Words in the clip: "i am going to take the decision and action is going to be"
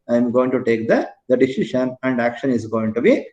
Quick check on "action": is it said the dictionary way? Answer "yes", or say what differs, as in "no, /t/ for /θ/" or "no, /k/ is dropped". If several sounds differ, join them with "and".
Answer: yes